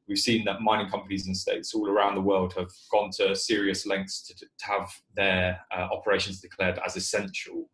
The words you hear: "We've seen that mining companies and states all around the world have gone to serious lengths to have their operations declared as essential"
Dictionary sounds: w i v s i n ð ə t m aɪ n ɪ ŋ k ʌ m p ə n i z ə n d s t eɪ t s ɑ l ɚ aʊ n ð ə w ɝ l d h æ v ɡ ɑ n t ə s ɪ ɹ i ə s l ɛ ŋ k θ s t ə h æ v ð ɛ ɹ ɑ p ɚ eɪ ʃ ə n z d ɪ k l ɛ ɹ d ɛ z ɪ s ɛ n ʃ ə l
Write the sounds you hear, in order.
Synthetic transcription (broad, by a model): w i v s i n ð ə t m aɪ n ɪ ŋ k ʌ m p ə n i z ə n s t eɪ t s ɑ l ɚ aʊ n ð ə w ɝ l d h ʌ v ɡ ɑ n t ə s ɪ ɹ i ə s l ɛ ŋ k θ s t ə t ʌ v ð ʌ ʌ ɑ p ɚ eɪ ʃ ə n z d ɪ k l ɛ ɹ d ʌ z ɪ s ɛ n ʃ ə l